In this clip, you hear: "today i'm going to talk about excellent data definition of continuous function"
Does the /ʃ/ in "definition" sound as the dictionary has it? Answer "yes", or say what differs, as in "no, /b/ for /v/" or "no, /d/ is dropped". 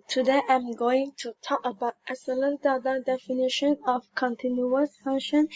yes